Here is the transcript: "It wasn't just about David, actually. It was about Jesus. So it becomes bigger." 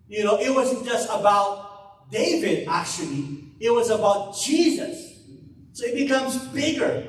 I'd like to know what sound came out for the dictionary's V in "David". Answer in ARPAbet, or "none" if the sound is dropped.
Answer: V